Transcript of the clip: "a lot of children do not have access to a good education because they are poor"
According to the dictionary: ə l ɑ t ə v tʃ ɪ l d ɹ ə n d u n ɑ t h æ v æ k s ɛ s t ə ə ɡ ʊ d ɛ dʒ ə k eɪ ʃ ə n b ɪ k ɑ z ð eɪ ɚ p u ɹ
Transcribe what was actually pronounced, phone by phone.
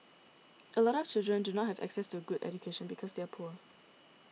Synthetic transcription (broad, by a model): ə l ɑ t ə v tʃ ɪ l d ɹ ə n d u n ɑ t h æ v æ k s ɛ s t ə ə ɡ ʊ d ɛ dʒ ə k eɪ ʃ ə n b ɪ k ɑ z ð eɪ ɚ p u ɹ